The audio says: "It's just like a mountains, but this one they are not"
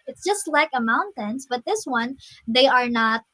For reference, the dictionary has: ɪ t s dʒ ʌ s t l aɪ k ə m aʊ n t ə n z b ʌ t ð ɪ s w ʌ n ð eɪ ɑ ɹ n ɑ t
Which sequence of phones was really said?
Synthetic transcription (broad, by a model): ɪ t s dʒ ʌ s t l aɪ k ə m aʊ n t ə n s b ʌ t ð ɪ s w ʌ n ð eɪ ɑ ɹ n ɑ t